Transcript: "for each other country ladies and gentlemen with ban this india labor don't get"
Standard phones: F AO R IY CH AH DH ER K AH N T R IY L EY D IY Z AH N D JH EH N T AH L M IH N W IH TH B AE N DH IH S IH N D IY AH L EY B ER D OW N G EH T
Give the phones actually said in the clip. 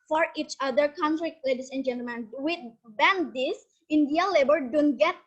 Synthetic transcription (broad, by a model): F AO R IY CH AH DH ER K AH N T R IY L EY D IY S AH N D JH EH N T AH L M IH N W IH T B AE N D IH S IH N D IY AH L EY B ER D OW N G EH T